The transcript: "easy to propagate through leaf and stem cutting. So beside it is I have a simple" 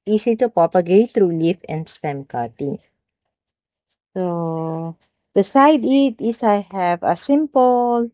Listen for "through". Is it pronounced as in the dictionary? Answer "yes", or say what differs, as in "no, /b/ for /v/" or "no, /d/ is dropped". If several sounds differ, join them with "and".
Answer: no, /t/ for /θ/